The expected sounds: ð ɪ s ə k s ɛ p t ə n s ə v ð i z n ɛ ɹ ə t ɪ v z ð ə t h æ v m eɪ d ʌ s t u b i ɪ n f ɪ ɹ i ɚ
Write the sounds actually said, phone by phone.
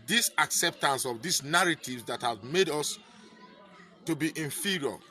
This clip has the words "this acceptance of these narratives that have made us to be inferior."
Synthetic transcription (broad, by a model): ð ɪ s ə k s ɛ p t ə n s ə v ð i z n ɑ ɹ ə t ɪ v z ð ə t h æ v m eɪ d ʌ s t u b i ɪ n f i ɹ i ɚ